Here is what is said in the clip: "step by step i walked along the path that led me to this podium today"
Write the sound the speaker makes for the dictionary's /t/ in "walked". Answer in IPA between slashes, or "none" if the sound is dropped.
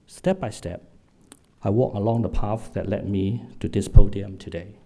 none